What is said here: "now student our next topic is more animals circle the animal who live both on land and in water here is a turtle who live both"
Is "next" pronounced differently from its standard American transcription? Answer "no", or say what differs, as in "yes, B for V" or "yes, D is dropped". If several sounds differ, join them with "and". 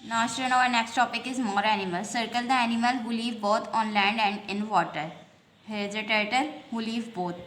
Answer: no